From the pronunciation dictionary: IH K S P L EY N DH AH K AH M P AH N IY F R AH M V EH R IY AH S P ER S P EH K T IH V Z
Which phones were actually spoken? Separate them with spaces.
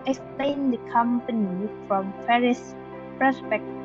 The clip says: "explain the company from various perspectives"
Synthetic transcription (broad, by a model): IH K S P L EY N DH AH K AH M P AH N IY F R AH M P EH R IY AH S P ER S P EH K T